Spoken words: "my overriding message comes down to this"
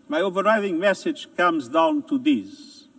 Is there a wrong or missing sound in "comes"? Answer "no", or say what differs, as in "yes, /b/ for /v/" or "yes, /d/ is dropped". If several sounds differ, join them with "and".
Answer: no